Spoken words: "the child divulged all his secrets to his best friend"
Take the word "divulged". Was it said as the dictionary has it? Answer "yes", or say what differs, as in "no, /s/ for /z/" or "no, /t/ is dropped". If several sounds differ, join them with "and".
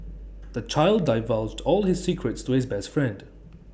yes